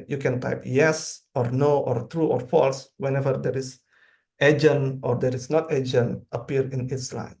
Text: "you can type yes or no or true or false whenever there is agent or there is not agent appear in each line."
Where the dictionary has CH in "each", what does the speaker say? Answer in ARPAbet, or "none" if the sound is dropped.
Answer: S